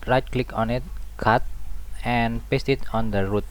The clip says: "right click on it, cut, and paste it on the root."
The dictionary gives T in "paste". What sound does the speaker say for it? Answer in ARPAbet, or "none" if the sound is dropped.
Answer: T